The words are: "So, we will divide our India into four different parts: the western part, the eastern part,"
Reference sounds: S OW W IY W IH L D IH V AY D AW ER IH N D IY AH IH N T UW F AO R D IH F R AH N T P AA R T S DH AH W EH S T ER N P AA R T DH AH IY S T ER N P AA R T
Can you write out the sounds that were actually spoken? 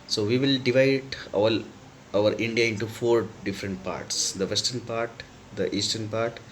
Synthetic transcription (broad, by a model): S OW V IY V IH L D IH V AY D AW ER IH N D IY AH IH N T UW F AO R D IH F R AH N T P AA R T S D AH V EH S T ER N P AA R T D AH IY S T ER N P AA R T